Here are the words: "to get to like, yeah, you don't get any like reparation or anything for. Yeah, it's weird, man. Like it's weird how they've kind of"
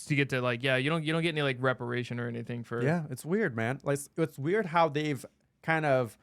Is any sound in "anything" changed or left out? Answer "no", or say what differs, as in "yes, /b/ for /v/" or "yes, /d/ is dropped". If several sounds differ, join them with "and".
no